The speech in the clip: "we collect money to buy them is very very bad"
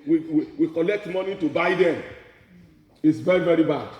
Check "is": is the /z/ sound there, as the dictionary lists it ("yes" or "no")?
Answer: no